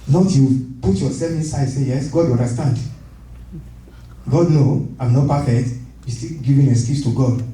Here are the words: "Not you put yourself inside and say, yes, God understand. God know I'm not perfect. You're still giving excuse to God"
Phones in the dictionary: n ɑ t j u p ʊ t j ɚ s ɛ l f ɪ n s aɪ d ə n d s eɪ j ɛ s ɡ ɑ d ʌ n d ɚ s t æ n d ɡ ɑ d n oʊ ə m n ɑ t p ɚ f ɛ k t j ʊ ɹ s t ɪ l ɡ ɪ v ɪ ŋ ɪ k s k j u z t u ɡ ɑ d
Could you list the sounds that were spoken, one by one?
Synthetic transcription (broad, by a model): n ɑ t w p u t j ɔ s ɛ l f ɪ n s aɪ ə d s eɪ j ɛ s ɡ ɑ d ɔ n d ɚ s t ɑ n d ɡ ɑ d n oʊ ə m n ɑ p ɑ f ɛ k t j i s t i ɡ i v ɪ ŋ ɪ s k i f t u ɡ ɑ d